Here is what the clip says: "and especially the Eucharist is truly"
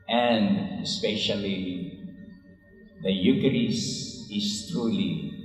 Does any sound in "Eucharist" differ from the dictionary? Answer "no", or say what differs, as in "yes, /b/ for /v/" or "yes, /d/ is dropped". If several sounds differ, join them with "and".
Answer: yes, /t/ is dropped